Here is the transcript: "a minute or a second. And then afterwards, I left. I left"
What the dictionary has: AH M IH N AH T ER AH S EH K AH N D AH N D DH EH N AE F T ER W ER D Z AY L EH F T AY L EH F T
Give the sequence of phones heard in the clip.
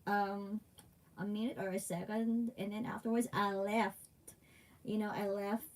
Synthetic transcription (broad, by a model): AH M IH N AH T ER AH S EH K AH N D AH N DH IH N AE F T ER W ER D Z AY L EH F T AY L EH F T